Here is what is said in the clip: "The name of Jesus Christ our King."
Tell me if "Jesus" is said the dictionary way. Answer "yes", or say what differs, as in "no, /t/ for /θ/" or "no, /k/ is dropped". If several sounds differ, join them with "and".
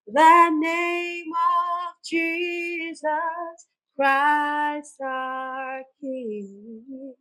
yes